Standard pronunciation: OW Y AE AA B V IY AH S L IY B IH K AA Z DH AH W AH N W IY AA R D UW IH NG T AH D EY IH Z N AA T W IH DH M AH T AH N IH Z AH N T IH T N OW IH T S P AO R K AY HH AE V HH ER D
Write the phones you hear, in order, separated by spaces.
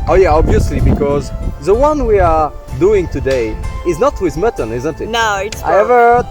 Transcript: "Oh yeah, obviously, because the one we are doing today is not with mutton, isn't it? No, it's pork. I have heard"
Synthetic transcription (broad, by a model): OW Y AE AA B V IY AH S L IY B IH K AA Z DH AH W AH N W IY AA R D UW IH NG T AH D EY IH Z N AA T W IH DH M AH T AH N IH Z AH N T IH T N OW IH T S AY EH V ER